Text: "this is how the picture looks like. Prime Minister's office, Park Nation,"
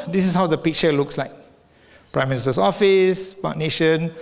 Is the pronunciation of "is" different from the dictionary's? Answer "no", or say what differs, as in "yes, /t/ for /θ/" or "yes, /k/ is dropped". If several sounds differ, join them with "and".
yes, /s/ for /z/